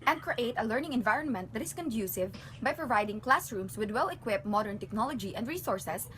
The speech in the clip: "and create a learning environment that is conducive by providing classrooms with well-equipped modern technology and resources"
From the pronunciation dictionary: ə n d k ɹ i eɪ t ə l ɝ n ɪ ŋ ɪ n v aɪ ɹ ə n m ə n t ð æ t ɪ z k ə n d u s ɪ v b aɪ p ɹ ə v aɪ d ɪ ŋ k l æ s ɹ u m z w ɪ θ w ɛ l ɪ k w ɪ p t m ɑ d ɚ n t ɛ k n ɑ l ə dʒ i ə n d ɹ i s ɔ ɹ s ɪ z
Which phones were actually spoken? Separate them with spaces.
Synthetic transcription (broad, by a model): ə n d k ɹ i eɪ t ə l ɝ n ɪ ŋ ɪ n v aɪ ɹ ə n m ə n t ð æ t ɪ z k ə n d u s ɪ v b aɪ p ɹ ə v aɪ d ɪ ŋ k l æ s ɹ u m s w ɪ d w ɛ l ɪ k w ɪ p m ɑ d ɚ n t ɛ k n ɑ l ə dʒ i ə n d ɹ i s ɔ ɹ s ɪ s